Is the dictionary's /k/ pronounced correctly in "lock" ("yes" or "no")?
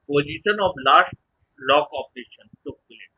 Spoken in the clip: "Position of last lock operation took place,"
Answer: yes